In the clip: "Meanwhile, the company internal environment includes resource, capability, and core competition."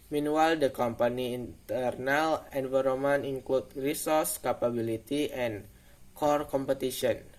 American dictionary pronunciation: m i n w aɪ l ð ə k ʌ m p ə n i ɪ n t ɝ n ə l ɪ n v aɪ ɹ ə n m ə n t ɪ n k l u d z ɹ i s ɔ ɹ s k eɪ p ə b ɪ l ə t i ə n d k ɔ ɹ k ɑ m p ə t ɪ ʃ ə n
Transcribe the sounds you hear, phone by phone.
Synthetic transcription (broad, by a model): m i n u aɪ l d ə k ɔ m p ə n i n t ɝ n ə l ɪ n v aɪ ɹ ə m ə n ɪ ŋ k l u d ɹ i s ɔ ɹ s k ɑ p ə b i l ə t i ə n k ɔ ɹ k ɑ m p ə t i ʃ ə n